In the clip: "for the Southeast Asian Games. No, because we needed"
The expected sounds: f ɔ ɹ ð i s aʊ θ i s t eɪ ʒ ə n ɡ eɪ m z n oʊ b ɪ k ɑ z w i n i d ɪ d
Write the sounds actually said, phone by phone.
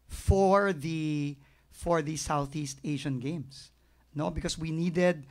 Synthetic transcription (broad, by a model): f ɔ ɹ ð i s aʊ θ i s t eɪ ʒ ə n ɡ eɪ m s n oʊ b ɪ k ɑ s w i n i d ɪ d